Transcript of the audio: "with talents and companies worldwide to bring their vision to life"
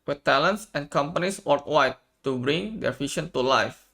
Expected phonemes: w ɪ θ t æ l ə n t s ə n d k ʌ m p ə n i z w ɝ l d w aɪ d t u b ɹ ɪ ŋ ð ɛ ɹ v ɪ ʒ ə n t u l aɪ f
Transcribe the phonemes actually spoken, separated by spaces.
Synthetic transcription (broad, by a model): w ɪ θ t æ l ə n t s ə n k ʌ m p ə n i s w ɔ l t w aɪ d t u b ɹ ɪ ŋ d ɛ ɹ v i ʃ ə n t u l aɪ f